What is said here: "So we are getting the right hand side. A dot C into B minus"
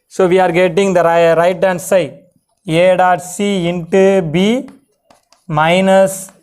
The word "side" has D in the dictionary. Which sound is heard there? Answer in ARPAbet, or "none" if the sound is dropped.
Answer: none